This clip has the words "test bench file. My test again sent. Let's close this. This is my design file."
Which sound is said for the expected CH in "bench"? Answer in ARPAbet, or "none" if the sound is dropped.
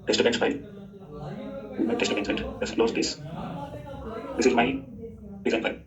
S